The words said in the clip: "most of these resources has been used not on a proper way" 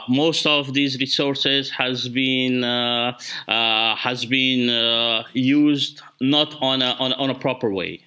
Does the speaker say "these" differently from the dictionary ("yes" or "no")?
no